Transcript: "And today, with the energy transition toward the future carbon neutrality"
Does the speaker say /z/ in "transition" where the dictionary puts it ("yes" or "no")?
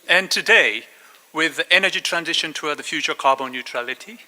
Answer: yes